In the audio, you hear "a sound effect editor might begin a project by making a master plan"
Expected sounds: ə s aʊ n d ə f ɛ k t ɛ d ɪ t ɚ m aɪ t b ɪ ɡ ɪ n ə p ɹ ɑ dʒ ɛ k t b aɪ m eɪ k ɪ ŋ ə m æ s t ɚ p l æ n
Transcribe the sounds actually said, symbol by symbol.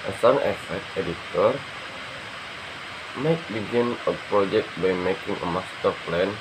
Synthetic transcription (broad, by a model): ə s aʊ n ə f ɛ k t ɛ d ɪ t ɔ m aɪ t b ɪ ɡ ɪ n ə p ɹ ɑ dʒ ɛ k t b aɪ m eɪ k ɪ ŋ ə m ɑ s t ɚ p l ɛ n